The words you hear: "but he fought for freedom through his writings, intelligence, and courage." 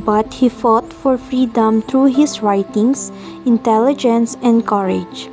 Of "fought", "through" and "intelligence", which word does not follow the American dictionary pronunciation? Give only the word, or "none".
through